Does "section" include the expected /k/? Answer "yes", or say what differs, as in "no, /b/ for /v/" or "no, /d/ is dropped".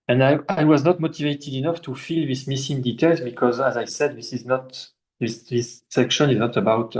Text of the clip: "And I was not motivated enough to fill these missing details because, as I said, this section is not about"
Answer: yes